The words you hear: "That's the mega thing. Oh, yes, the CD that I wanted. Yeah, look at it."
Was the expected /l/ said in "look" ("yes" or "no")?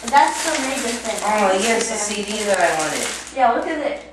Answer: no